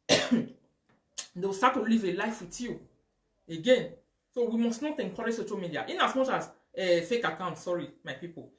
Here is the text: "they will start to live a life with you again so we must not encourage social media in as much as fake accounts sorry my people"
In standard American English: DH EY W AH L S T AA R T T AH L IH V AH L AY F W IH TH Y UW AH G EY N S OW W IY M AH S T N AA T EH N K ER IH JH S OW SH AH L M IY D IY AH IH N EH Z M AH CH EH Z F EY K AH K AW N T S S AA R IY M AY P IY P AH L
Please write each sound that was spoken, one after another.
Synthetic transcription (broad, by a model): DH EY W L S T AA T T AH L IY V AH L AY F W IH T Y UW AH G EY N S OW W IY M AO S T N AA T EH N K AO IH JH S OW SH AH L M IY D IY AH IH N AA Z M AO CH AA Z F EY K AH K AW N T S S AA R IY M AY P IY P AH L